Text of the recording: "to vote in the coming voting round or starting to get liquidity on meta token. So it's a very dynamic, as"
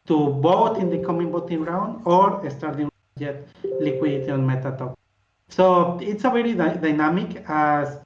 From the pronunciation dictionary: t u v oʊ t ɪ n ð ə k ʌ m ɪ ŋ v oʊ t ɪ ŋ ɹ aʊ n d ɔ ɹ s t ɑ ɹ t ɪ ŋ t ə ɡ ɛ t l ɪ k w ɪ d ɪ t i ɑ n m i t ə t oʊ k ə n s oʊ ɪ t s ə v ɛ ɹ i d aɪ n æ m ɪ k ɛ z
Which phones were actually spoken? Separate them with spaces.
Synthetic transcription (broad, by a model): t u b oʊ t ɪ n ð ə k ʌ m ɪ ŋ b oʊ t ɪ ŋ ɹ aʊ n d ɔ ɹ s t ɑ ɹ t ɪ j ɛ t l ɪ k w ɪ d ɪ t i ɑ n m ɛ t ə t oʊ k s oʊ ɪ t s ə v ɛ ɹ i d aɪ n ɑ m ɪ k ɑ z